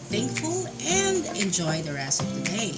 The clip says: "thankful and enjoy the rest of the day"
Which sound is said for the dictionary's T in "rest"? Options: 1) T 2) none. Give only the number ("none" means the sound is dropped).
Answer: 2